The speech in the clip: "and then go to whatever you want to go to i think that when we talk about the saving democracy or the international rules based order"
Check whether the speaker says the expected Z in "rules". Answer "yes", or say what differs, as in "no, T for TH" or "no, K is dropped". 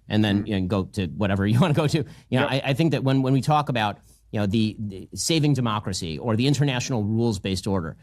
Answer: yes